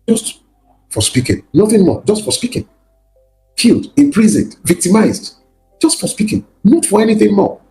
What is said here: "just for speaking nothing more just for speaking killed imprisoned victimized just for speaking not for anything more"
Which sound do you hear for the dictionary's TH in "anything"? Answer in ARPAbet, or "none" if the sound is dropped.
TH